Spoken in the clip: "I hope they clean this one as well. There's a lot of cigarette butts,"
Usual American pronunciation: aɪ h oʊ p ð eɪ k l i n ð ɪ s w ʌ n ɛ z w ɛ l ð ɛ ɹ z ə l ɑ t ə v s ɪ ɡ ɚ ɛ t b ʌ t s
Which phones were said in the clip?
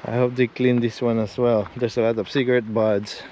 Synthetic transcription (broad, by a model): aɪ h oʊ p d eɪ k l i n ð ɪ s w ʌ n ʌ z w ɛ l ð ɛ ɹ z ə l ɑ t ə v s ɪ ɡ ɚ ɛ t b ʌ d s